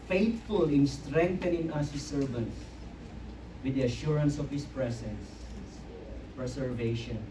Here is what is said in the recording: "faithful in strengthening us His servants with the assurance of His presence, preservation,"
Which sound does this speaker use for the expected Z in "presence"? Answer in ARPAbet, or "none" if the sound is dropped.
S